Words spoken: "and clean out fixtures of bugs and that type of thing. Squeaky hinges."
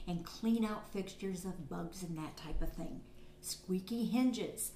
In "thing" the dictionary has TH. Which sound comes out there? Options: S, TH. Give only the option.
TH